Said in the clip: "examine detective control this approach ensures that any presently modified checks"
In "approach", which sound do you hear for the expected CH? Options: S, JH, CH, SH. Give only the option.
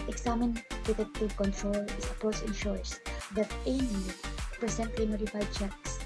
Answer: S